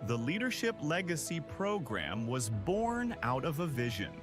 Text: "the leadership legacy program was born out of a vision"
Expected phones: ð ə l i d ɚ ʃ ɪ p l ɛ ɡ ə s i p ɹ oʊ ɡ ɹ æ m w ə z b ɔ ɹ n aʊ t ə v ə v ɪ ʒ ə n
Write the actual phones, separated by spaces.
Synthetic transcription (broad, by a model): ð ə l i d ɚ ʃ ɪ p l ɛ ɡ ə s i p ɹ oʊ ɡ ɹ æ m w ə z b ɔ ɹ n aʊ t ə v ə v ɪ ʒ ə n